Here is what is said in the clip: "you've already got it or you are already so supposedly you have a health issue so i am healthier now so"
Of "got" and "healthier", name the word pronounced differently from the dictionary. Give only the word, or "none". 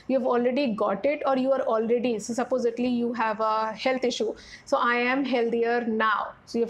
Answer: healthier